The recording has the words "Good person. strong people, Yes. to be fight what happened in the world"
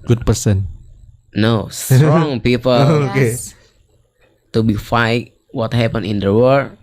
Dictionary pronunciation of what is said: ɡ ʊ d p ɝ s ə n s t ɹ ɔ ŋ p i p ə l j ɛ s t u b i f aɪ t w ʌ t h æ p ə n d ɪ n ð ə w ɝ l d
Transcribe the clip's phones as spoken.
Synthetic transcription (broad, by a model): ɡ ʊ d p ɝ s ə n s t ɹ ɔ ŋ p i p ə l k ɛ t u b i f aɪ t w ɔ t h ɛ p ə n ɪ n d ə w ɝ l